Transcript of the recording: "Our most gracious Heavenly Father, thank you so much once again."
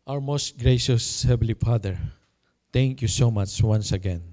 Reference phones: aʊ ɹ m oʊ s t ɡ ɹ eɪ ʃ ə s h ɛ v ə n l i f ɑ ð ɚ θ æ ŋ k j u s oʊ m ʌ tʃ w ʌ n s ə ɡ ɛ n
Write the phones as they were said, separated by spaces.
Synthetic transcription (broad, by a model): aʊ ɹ m oʊ s t ɡ ɹ eɪ ʃ ə s h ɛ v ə l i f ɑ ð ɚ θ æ ŋ k j u s oʊ m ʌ tʃ w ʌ n s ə ɡ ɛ n